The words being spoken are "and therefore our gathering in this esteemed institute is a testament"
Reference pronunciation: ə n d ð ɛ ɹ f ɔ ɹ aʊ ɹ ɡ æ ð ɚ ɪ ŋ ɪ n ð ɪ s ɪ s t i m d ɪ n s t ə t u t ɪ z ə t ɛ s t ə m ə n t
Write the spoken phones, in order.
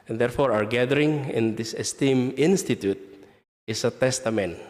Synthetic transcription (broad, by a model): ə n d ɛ ɹ f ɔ ɹ aʊ ɹ ɡ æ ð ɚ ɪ ŋ ɪ n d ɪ s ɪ s t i m ɪ n s t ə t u t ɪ s ə t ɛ s t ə m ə n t